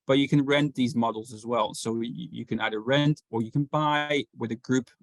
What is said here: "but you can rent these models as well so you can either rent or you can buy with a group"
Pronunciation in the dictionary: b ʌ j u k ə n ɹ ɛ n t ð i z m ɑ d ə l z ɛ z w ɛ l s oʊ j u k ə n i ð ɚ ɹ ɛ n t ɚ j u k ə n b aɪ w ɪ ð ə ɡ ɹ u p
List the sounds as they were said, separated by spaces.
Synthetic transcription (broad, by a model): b ʌ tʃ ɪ k ə n ɹ ɛ n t ð i z m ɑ d l z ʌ z w ɛ l s oʊ j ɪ k ə n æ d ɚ ɹ ɛ n t ɚ j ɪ k ə n b aɪ w ɪ ð ə ɡ ɹ u p